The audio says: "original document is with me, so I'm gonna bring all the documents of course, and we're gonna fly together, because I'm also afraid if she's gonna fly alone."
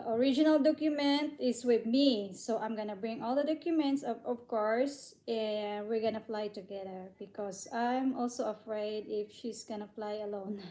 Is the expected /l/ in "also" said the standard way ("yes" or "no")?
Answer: yes